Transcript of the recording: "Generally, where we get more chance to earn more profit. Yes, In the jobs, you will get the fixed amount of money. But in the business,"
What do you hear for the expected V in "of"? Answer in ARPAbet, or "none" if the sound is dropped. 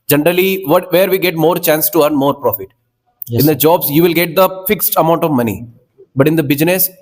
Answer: V